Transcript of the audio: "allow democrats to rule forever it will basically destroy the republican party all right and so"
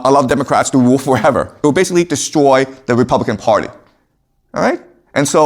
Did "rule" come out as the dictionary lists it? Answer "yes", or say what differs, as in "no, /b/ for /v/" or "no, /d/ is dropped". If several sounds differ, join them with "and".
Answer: no, /w/ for /ɹ/